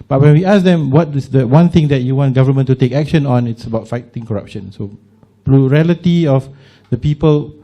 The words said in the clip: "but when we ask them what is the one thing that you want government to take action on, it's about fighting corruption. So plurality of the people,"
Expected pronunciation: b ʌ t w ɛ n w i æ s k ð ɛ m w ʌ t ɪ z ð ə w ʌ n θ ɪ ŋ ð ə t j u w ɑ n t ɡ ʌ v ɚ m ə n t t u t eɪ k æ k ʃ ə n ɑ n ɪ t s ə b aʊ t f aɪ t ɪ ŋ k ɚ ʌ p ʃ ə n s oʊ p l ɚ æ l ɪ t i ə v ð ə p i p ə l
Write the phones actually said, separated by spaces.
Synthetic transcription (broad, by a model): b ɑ t w ɛ n w i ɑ s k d ɛ m w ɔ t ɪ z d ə w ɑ n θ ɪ ŋ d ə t j u w ɑ n t ɡ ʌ v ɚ m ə n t t u t eɪ k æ k ʃ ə n ɑ n ɪ t s ə b aʊ t f aɪ t ɪ ŋ k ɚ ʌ p ʃ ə n s oʊ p l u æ l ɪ t i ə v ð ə p i p ə l